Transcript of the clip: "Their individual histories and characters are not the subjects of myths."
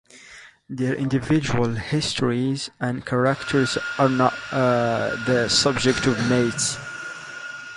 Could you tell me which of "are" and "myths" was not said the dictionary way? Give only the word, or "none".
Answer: myths